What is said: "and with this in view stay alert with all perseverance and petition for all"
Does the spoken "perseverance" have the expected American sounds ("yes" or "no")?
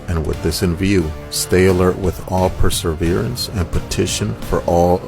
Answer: yes